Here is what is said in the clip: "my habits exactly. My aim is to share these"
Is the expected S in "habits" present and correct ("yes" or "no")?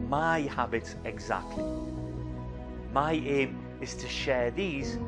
no